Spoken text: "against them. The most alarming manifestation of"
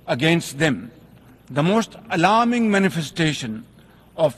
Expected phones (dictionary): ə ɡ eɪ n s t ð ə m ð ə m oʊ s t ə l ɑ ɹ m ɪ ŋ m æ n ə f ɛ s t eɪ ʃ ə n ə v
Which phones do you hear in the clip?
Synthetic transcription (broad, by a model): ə ɡ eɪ n s t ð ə m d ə m oʊ s t ə l ɑ ɹ m ɪ ŋ m æ n ə f ɛ s t eɪ ʃ ə n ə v